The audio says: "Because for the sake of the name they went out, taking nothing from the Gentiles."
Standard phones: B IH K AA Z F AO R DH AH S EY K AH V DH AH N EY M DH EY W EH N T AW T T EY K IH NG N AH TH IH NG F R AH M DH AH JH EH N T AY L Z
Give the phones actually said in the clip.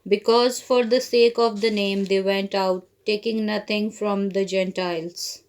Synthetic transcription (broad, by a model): B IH K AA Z F AO R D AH S EY K AH V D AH N EY M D EY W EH N T AW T T EY K IH NG N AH T IH NG F R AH M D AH JH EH N T AY L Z